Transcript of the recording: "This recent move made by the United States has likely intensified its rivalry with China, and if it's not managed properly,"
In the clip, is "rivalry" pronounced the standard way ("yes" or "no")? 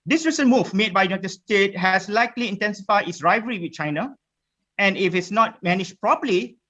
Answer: no